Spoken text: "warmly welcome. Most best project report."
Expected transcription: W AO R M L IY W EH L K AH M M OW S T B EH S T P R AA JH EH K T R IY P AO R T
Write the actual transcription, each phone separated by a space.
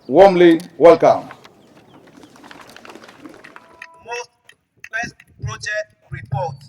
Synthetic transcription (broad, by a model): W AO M L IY W EH L K AH M M OW S T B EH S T P R AA JH EH K T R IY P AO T